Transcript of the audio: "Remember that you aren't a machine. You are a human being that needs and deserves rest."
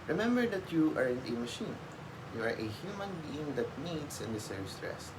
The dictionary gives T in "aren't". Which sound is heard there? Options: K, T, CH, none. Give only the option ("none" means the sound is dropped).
none